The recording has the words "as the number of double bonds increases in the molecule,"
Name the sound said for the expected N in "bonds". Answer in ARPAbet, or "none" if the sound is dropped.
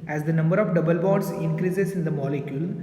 none